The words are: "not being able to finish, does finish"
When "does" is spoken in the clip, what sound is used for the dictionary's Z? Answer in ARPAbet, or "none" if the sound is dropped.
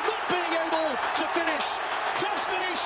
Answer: S